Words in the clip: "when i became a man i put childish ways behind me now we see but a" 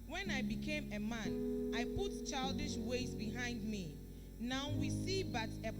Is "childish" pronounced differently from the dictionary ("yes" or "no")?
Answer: no